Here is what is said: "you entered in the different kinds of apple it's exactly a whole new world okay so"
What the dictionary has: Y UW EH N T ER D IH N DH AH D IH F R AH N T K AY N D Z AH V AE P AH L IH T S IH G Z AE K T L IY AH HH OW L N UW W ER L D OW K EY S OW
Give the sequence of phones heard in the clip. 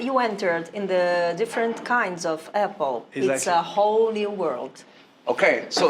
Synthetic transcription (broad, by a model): Y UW EH N T ER D IH N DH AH D IH F R AH N T K AY N D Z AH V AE P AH L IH S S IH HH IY AH L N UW W ER L D OW K EY S OW